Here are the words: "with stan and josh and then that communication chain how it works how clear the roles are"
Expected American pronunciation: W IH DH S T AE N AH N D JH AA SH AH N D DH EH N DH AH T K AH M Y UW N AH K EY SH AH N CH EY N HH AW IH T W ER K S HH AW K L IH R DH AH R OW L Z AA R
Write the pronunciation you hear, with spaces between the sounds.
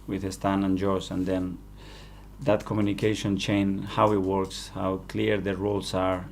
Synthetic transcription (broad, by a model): W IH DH S T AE N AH N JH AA S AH N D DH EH N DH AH T K AH M Y UW N AH K EY SH AH N CH EY N HH AW IH T W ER K S HH AW K L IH R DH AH R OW L S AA R